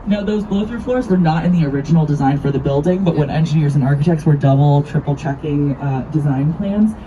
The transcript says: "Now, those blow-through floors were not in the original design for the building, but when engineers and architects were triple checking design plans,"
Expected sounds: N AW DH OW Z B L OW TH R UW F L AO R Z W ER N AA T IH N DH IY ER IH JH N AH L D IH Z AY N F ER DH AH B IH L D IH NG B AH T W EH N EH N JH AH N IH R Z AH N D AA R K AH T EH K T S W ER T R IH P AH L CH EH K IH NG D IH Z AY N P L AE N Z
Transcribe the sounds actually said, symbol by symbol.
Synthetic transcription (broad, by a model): N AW DH OW Z B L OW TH R F L AO R Z W ER N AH T IH N DH IY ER IH JH N L D IH Z AY N F ER DH AH B IH L D IH NG B AH T W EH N EH N JH AH N IH R Z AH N AA R K AH T EH K T S W ER T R IH P L CH EH K IH NG D IH Z AY N P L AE N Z